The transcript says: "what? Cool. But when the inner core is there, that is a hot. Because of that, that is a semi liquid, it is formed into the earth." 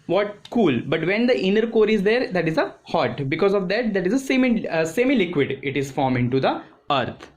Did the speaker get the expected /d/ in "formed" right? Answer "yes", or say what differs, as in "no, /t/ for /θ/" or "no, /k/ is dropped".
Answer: no, /d/ is dropped